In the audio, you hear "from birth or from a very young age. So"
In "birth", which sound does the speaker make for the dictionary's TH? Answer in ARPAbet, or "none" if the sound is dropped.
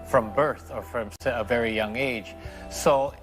TH